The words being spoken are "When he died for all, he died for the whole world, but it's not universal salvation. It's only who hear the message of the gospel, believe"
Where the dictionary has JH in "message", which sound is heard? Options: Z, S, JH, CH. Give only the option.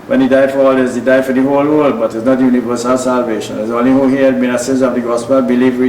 Z